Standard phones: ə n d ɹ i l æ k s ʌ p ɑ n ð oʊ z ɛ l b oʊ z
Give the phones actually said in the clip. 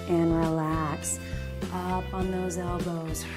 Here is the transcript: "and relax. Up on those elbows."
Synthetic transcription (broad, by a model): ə n ɹ i l æ k s ʌ p n ð oʊ z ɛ l b oʊ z